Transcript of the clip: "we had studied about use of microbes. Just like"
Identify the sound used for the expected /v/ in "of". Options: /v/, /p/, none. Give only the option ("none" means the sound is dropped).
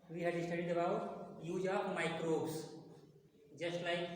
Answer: /p/